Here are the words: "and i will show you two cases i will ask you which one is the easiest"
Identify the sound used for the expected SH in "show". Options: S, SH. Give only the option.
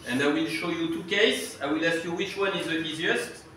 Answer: SH